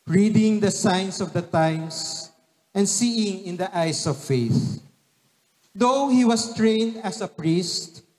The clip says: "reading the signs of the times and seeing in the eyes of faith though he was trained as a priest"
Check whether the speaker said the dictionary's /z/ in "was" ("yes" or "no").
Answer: no